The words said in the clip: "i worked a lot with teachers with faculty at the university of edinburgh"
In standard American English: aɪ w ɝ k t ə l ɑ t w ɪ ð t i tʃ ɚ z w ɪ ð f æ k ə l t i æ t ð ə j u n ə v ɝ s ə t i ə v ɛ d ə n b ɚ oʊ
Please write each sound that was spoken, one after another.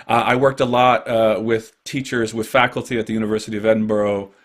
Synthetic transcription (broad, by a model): aɪ w ɝ k t ə l ɑ t w ɪ ð t i tʃ ɚ z w ɪ ð f æ k l t i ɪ t ð ə j u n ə v ɝ s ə t i ə v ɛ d n b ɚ oʊ